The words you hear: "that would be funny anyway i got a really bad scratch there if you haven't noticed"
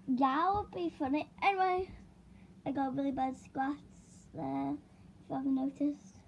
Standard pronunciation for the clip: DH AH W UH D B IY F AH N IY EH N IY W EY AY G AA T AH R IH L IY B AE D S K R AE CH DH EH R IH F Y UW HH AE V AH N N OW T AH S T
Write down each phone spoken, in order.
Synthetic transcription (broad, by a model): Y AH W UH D B IY F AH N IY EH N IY W EY AY G AA T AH R IH L IY B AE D S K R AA S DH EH IH F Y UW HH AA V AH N N OW T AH S